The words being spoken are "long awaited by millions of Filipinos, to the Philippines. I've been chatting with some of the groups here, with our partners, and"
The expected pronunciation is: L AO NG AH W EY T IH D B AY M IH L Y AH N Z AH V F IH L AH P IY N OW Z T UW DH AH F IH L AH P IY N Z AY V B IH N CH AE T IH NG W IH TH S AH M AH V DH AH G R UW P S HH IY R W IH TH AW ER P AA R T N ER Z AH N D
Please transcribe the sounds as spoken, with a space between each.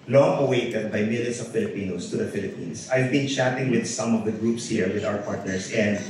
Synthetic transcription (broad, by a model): L AO NG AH W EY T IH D B AY M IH L Y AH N S AH V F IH L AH P IY N OW S T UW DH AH F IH L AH P IY N S AY V B IH N CH AE T IH NG W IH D S AH M AH V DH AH G R UW P S HH IY R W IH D AW ER P AA R T N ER S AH N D